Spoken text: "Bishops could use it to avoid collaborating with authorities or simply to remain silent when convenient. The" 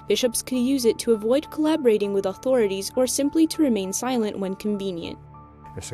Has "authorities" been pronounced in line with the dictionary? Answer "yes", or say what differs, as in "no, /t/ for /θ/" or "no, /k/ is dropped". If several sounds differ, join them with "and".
yes